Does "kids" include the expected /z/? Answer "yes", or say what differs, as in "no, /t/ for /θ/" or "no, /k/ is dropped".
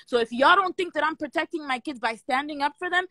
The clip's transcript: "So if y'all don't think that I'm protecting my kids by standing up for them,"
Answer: yes